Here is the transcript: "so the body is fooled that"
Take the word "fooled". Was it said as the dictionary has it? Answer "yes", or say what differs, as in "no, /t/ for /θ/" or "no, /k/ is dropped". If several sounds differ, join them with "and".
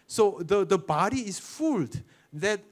yes